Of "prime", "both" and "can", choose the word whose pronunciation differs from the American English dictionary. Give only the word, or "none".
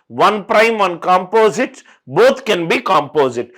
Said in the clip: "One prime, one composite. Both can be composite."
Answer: both